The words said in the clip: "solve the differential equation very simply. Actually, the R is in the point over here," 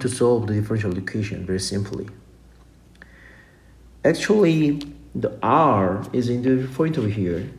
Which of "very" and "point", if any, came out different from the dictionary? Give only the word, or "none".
point